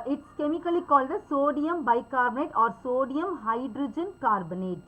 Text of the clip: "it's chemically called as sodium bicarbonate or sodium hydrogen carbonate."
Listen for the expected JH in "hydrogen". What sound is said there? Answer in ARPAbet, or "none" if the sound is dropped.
JH